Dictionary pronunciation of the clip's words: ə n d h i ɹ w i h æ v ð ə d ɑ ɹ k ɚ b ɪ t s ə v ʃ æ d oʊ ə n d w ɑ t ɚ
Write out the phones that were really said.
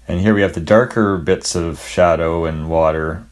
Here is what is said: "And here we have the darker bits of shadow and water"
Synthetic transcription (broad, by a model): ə n h i ɹ w i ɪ v ð ə d ɑ ɹ k ɚ b ɪ t s ə v ʃ æ d oʊ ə n w ɑ t ɚ